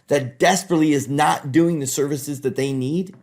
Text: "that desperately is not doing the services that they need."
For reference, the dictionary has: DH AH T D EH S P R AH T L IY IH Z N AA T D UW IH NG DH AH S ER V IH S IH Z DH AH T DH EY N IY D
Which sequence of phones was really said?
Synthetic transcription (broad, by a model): DH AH T D EH S P R AH T L IY IH Z N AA T D UW IH NG DH AH S ER V IH S IH Z DH AH T DH EY N IY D